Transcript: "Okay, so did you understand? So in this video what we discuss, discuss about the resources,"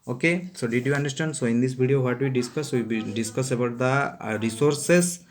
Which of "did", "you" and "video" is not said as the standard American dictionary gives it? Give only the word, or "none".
video